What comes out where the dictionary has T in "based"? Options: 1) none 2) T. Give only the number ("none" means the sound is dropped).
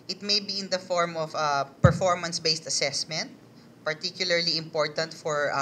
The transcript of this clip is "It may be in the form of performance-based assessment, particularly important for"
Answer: 2